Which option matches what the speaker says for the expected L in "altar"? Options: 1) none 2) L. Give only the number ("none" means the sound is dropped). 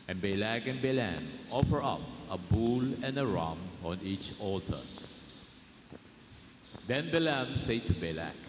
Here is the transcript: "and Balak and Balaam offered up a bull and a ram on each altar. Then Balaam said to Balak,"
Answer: 1